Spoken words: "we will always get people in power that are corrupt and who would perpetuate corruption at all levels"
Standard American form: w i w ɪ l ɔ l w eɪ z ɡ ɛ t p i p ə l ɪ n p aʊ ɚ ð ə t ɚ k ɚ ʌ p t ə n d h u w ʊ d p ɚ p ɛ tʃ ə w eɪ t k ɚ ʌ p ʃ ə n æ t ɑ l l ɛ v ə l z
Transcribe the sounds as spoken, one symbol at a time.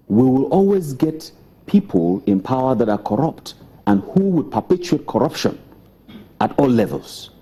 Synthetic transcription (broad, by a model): w i w ɪ l ɔ l w eɪ z ɡ ɛ t p i p ə l ɪ n p aʊ ɚ ð ə t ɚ k ɚ ʌ p t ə n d h u w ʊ d p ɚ p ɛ tʃ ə eɪ t k ɚ ʌ p ʃ ə n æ t ɑ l l ɛ v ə l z